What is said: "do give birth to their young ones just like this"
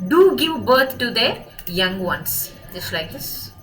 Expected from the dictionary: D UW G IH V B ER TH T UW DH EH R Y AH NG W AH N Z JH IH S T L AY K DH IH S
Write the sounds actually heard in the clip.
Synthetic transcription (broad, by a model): D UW G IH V B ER T T UW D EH Y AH NG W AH N S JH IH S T L AY K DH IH S